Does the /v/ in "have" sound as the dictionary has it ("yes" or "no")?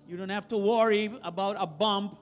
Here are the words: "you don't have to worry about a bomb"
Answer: no